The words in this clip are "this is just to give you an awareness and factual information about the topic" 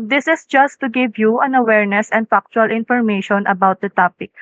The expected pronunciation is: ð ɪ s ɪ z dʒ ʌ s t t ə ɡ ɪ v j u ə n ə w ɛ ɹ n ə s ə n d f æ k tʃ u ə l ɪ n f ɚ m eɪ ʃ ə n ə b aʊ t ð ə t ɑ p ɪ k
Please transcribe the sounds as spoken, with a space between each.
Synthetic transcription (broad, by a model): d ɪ s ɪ s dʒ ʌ s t t ə ɡ ɪ v j u ə n ə w ɛ ɹ n ə s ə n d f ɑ k tʃ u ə l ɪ n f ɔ m eɪ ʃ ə n ə b aʊ t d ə t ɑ p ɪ k